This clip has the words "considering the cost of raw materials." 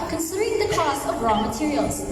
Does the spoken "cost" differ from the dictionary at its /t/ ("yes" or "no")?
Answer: yes